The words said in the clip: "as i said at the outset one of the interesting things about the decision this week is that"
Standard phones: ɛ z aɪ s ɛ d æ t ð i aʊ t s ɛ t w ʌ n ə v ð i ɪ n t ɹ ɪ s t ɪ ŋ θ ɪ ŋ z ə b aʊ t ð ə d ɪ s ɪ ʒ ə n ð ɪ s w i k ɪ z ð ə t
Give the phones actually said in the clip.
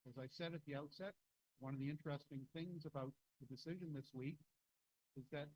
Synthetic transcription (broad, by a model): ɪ z aɪ s ɛ d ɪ t ð i aʊ t s ɛ t w ʌ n ə v ð i ɪ n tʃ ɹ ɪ s t ɪ ŋ θ ɪ ŋ z ə b aʊ t ð ə d ɪ s ɪ ʒ ə n ð ɪ s w i k ɪ z ð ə t